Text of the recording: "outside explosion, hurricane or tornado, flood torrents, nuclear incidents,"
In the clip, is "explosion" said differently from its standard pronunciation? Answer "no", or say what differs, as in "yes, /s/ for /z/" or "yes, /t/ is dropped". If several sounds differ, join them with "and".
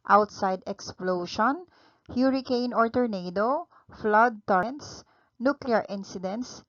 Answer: yes, /ʃ/ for /ʒ/